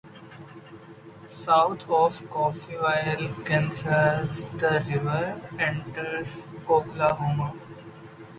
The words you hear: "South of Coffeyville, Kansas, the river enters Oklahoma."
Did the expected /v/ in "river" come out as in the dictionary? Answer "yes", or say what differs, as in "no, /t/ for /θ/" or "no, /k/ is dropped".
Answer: yes